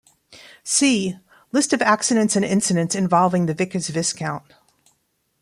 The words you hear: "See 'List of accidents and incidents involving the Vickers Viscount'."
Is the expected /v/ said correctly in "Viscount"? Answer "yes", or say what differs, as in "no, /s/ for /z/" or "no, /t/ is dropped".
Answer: yes